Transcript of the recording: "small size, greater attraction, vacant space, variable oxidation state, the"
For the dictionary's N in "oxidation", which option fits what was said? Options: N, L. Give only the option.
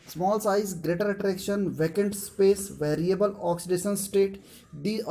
N